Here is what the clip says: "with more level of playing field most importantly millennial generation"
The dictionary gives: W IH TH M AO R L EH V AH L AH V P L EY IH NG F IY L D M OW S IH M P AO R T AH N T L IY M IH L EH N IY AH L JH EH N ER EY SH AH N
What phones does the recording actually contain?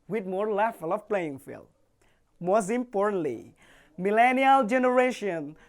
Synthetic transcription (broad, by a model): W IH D M AO R L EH F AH L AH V P L EY IH NG F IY L M OW S IH M P AO R T AH N T L IY M IH L EH N IY AH L JH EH N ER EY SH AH N